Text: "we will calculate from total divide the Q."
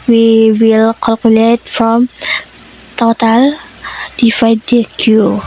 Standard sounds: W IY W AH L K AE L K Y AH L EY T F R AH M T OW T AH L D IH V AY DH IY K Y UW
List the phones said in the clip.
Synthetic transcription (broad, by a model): W IY W AH L K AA L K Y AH L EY T F R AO M T OW T AH L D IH F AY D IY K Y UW